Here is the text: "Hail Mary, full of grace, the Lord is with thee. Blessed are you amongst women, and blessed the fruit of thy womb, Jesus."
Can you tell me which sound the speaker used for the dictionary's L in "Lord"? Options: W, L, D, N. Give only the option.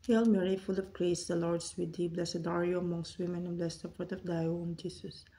L